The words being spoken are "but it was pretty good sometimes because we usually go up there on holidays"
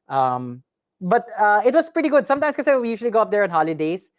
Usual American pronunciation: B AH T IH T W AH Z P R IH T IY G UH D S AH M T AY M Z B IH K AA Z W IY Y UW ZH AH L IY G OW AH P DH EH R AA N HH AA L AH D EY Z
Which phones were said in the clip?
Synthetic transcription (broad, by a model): B AH T IH T W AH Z P R IH T IY G UH D S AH M T AY M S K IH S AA W IY Y UW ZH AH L IY G OW AH P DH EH R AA N HH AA L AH D EY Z